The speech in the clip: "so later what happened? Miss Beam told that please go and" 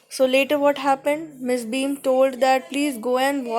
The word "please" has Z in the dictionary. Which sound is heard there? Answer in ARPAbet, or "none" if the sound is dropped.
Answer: Z